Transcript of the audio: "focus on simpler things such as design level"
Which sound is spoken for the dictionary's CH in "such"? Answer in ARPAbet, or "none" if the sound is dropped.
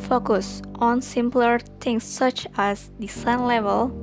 CH